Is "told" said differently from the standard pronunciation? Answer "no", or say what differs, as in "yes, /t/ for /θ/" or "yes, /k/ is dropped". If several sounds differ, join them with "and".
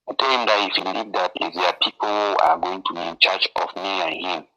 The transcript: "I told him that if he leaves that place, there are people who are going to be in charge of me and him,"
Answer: yes, /d/ is dropped